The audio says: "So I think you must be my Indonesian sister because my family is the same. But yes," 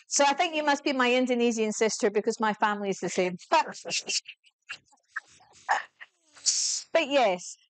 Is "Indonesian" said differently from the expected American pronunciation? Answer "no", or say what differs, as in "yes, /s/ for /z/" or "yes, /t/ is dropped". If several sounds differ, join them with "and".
yes, /z/ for /ʒ/